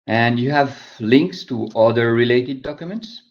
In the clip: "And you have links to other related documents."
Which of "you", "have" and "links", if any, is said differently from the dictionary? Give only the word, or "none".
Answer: none